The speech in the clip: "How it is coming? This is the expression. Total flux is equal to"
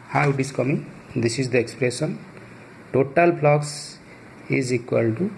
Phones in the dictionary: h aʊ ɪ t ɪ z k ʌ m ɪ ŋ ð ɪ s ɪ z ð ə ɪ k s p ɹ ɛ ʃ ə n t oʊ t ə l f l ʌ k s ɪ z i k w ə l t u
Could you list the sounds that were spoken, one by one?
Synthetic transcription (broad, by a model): h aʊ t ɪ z k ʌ m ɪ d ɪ s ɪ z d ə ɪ k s p ɹ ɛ s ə n t oʊ t ə l p l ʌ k s ɪ z i k w ə l t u